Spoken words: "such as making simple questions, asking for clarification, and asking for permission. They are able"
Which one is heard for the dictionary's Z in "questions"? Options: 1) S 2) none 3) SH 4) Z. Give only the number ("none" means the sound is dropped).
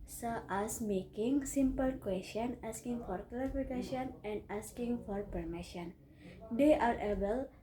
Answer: 2